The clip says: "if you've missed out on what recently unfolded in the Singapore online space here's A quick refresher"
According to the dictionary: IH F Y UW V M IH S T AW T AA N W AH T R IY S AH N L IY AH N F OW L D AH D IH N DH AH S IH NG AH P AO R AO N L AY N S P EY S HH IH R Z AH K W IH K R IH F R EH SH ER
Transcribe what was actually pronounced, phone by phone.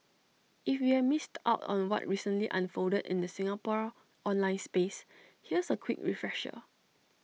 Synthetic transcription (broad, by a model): IH F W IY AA M IH S T AW T AA N W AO T R IY S AH N L IY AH N F OW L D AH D IH N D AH S IH NG AH P AO R AO N L AY N S P EY S HH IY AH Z AH K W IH K R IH F R EH SH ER